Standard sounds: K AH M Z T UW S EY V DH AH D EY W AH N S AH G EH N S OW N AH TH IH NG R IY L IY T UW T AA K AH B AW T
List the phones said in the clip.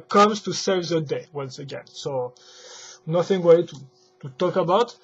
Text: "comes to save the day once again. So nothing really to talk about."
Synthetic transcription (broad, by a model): K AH M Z T UW S EY V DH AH D EY W AH N S AH G EH N S OW N AH TH IH NG W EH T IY T UW T AA K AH B AW T